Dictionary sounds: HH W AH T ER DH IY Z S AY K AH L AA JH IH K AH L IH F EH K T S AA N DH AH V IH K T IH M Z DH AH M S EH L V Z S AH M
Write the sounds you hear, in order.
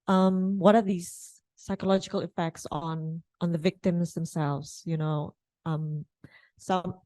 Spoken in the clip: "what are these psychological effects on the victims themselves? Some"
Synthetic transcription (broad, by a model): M W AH T ER DH IY Z S AY K AH L AA JH IH K AH L IH F EH K T S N N DH AH V IH K T IH M Z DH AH M S EH L V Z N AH M